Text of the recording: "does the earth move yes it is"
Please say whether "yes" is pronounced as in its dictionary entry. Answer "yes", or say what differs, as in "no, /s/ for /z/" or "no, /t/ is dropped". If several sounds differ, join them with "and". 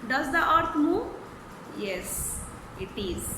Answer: yes